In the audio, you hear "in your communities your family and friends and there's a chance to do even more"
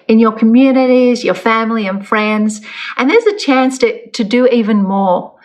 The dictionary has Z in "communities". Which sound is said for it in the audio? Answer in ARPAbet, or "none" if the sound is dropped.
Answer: Z